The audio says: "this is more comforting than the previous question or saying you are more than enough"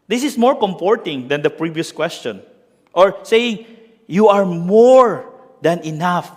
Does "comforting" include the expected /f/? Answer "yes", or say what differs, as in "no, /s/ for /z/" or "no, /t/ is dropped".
no, /p/ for /f/